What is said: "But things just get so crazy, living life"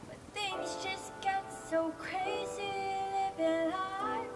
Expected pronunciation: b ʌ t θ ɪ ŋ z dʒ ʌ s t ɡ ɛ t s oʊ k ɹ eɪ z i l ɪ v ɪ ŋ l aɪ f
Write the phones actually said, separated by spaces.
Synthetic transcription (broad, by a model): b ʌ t θ ɪ ŋ z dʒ ʌ s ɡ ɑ t s oʊ k ɹ eɪ z i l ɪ b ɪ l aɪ